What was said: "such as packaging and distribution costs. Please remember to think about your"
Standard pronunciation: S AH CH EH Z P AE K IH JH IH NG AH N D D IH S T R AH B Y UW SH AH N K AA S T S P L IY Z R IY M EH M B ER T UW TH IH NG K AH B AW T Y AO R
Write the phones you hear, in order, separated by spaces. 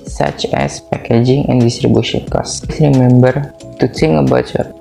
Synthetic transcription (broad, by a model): S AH CH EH S P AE K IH JH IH NG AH N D D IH S T R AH B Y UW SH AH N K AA S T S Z R IY M EH M B ER T UW T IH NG AH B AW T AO